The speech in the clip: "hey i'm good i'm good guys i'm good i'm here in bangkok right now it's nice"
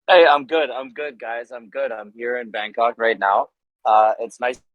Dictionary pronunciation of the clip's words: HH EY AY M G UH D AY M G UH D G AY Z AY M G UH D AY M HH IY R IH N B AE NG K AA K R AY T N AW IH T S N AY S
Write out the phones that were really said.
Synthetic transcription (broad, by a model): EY AY M G UH D AY M G UH D G AY Z AY M G UH D AY M HH IY R IH N B AE NG K AA K R AY T N AW IH T S N AY S